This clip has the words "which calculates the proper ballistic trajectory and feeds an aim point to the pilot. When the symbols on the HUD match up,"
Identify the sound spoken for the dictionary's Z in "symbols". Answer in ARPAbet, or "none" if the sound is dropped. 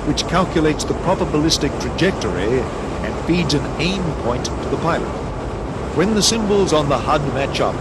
Z